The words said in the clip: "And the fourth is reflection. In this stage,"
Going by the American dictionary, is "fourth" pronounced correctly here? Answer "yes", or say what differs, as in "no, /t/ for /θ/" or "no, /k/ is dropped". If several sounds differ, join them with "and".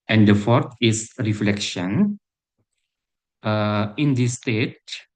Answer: no, /t/ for /θ/